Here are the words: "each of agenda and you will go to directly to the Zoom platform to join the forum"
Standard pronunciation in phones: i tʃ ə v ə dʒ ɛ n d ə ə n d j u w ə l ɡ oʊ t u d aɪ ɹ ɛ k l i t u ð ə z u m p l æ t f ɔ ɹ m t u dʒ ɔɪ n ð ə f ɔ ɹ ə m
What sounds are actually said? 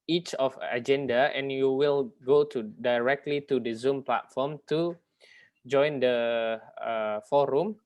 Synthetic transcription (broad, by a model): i tʃ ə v ə dʒ ɛ n d ə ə n j u w ə l ɡ oʊ t u d aɪ ɹ ɛ k l i t u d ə z u m p l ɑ t f ɔ m t u dʒ ɔɪ n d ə f ɔ ɹ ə m